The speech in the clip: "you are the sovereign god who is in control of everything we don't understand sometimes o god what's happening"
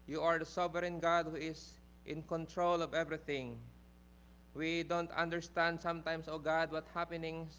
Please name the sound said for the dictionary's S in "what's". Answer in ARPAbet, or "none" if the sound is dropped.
none